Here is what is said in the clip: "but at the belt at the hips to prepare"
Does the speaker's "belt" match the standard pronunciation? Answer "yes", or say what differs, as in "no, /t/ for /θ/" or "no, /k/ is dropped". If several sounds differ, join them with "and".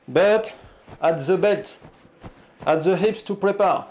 no, /l/ is dropped